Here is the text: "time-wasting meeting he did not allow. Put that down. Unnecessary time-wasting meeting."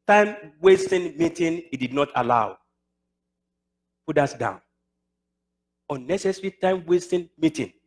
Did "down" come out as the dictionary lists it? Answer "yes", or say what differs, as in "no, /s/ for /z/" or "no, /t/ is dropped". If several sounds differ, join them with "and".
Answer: yes